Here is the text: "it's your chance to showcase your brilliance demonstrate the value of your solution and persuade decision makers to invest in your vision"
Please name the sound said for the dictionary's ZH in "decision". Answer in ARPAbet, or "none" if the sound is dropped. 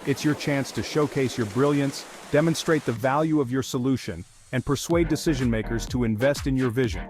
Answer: ZH